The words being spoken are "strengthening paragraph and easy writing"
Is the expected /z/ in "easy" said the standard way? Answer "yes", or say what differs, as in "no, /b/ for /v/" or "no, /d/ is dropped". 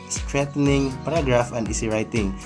no, /s/ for /z/